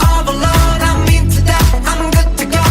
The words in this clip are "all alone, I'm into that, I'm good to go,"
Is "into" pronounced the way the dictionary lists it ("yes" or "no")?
no